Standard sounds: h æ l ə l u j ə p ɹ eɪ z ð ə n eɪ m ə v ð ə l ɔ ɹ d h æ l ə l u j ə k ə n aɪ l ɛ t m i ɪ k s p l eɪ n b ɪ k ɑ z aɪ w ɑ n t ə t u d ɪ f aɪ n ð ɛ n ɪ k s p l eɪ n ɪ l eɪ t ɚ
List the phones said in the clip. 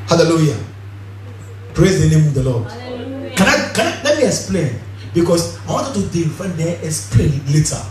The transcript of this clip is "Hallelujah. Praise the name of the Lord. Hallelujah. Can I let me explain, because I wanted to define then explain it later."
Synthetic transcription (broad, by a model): h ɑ l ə l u j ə p ɹ eɪ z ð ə n eɪ m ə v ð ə l ɔ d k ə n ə k ə n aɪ l ɛ t m i ɪ k s p l eɪ n b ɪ k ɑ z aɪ w ɑ n t ə t u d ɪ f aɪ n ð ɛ ɪ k s p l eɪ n l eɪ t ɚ